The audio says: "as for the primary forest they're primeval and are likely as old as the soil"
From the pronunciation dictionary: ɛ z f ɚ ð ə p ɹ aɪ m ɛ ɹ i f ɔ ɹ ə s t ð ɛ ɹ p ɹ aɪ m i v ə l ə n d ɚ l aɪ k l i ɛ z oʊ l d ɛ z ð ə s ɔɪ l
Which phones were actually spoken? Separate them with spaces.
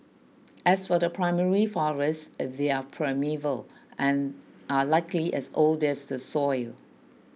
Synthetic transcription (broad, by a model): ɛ s f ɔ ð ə p ɹ aɪ m ɛ ɹ i f ɔ ɹ ə s t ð ɛ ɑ p ɹ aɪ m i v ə l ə n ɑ l aɪ k l i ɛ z oʊ l d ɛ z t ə s ɔɪ l